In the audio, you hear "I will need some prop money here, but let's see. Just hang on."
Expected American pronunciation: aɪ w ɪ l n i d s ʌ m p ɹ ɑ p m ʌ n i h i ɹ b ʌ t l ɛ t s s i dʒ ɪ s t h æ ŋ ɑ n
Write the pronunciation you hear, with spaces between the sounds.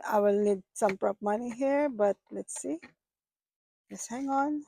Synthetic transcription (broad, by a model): aɪ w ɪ l n i d s ʌ m p ɹ ɑ p m ʌ n i h i ɹ b ʌ t l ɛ t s s i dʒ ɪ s h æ ŋ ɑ n